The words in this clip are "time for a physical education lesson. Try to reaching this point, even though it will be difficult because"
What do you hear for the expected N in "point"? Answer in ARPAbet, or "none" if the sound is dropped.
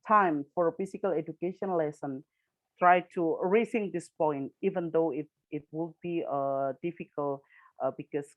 N